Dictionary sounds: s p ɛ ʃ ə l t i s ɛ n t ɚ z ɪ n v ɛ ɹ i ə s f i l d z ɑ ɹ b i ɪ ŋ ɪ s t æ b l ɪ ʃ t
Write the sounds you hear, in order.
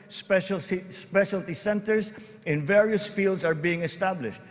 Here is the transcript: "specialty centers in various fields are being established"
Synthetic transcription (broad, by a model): s p ɛ ʃ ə l t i s ɛ n t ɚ s ɪ n v ɛ ɹ i ə s f i l d s ɑ ɹ b i ɪ ŋ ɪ s t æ b l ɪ ʃ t